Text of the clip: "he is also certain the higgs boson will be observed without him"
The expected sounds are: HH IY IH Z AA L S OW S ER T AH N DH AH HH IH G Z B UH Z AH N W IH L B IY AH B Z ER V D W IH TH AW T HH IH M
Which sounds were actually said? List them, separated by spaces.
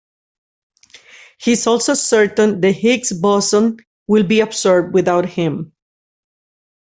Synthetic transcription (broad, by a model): HH IY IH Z AA L S OW S ER T AH N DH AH HH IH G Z B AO S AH N W IH L B IY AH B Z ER B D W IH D AW T HH IH M